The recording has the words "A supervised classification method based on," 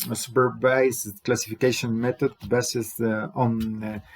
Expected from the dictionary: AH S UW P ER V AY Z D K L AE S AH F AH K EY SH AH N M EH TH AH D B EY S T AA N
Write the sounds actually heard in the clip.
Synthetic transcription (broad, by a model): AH S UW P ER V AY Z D K L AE S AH F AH K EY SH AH N M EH T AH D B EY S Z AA N